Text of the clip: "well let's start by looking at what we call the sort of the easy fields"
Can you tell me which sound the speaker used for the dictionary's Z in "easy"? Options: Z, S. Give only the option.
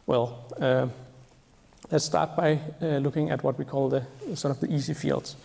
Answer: S